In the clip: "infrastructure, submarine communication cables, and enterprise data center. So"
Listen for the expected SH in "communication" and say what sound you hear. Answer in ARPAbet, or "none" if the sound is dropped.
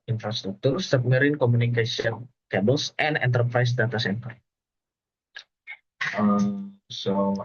S